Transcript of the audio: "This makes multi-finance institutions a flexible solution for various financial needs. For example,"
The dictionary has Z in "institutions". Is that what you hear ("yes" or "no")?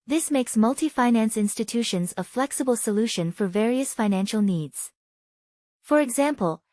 yes